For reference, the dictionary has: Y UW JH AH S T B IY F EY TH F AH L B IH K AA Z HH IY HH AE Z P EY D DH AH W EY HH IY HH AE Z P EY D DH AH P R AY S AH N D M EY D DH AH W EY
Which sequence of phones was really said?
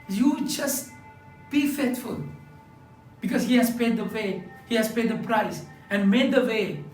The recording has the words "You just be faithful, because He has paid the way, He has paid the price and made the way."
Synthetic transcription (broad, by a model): Y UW JH AH S T B IY F EY T F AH L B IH K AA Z HH IY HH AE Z P EY D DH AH W EY HH IY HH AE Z P EY D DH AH P R AY S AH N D M EY D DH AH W EY